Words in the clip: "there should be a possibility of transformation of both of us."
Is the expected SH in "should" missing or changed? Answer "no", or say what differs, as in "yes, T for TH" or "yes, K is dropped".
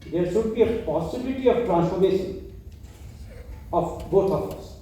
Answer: yes, S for SH